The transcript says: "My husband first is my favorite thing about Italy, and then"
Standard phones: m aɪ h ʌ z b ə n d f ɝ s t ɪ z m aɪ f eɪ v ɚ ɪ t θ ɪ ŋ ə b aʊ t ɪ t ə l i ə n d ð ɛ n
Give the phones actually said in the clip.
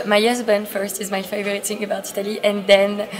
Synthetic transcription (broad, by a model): m aɪ h ʌ z b ə n d f ɝ s t ɪ z m aɪ f eɪ v ɚ ɪ t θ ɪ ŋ ə b aʊ t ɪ t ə l i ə n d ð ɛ n